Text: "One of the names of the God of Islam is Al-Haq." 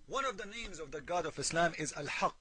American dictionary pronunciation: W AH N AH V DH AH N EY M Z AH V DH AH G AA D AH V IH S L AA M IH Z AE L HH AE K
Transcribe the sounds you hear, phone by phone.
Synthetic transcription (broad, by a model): W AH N AH V DH AH N EY M Z AH V DH AH G AA D AH V IH S L AA M IH Z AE L HH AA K